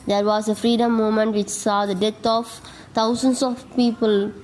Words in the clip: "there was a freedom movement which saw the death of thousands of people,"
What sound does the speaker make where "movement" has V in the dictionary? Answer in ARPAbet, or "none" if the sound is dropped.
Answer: none